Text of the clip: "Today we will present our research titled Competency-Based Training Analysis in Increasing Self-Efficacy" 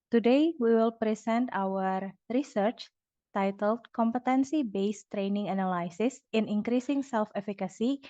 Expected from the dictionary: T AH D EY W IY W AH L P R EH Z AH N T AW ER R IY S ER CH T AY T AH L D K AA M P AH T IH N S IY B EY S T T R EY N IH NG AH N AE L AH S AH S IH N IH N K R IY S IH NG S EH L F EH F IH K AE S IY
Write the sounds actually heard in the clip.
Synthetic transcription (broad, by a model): T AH D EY W IY W AH L P R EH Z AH N T AW ER R IY S ER CH T AY T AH L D K AA M P AH T IH N S IY B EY S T T R EY N IH NG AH N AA L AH S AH S IH N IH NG K R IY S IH NG S EH L F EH F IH K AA S IY